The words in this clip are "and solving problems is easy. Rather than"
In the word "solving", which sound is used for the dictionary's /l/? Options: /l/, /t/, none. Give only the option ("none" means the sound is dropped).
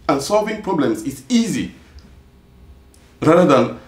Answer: /l/